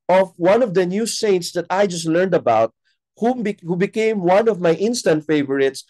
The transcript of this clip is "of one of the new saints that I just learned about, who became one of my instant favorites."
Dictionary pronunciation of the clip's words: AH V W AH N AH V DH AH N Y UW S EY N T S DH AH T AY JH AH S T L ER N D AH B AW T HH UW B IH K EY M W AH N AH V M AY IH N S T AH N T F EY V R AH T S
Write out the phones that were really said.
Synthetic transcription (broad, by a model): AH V W AH N AH V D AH N Y UW S EY N T S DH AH T AY JH AH S T L ER N D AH B AW T HH UW B IH K EY M W AH N AH V M AY IH N S T AH N T F EY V R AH T S